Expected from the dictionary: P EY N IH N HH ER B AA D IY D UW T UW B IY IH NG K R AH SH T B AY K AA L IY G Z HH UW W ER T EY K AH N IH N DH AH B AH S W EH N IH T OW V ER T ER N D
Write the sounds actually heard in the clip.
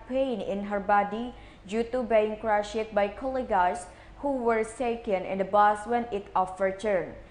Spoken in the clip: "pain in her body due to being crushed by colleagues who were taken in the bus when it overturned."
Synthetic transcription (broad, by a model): P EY N IH N HH ER B AA D IY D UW T UW B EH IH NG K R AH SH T B AY K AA L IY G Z HH UW W ER S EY K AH N IH N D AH B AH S W EH N IH T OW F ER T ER N